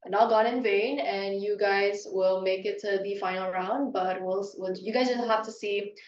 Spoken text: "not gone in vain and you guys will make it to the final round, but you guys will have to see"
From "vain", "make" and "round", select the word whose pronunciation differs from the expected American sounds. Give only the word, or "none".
none